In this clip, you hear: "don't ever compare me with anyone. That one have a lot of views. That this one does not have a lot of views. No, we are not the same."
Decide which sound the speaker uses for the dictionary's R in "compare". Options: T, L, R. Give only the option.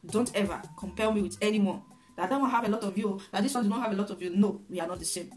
L